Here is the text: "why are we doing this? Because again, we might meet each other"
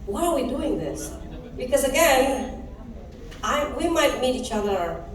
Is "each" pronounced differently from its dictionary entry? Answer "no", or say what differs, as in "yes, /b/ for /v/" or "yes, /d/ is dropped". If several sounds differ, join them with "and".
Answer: no